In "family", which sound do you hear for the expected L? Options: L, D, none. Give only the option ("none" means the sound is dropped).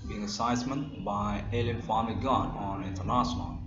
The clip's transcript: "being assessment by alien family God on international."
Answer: none